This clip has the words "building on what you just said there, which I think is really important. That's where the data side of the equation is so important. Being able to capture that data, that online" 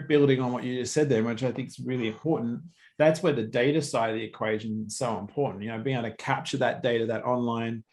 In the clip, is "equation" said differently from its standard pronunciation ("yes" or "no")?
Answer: no